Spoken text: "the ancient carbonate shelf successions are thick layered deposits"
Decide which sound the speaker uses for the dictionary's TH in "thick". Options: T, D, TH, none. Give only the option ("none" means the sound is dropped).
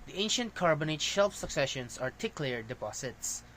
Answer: T